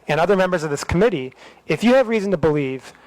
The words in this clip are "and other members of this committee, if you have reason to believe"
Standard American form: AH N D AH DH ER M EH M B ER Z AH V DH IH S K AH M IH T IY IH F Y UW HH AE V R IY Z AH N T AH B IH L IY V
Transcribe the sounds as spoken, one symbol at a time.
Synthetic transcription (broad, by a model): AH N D AH DH ER M EH M B ER Z AH V DH IH S K AH M IH T IY IH F Y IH V R IY Z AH N T AH B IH L IY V